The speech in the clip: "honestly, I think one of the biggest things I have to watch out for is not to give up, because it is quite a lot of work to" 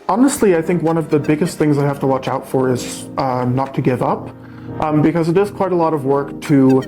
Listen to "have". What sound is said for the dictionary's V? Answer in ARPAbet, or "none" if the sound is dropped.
F